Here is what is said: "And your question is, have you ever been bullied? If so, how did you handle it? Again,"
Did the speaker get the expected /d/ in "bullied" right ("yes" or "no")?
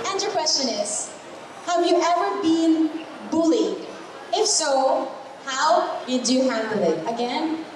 no